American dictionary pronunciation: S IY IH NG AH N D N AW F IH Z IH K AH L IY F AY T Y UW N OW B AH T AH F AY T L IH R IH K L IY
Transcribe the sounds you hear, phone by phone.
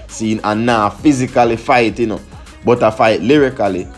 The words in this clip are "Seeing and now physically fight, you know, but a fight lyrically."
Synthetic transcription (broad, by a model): S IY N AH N N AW F IH Z IH K AH L IY F AY T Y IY N OW B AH T AH F AY T L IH R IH K L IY